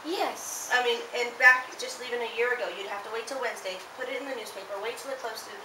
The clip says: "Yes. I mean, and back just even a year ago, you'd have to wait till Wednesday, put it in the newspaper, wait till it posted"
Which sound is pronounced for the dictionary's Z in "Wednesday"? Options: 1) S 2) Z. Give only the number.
2